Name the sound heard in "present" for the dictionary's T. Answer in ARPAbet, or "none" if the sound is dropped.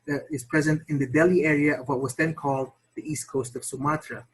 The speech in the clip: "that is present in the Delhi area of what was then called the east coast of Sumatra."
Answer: T